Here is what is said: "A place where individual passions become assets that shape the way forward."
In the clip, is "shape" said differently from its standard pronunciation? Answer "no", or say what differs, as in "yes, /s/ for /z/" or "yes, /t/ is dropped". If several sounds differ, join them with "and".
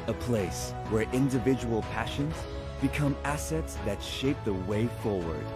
no